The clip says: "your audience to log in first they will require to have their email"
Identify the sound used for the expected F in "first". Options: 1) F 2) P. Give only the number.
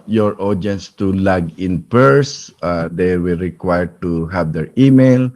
2